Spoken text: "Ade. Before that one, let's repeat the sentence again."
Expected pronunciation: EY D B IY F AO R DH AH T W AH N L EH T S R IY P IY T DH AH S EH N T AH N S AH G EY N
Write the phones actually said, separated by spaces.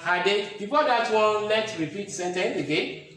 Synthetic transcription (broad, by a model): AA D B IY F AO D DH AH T W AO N L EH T R IY P IY T S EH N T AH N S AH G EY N